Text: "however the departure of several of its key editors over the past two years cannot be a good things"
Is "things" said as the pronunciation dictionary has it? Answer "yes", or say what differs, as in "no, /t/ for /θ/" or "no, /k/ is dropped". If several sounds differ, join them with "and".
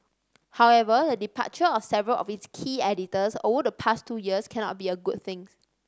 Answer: no, /z/ is dropped